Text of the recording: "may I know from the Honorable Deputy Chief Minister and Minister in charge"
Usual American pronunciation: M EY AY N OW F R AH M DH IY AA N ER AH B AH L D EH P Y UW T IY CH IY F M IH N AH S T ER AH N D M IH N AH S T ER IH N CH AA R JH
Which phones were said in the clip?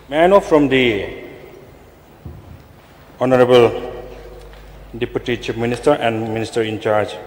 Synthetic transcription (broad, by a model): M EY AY N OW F R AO M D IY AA N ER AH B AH L D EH P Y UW T IY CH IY P M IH N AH S T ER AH N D M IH N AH S T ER IH N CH AA R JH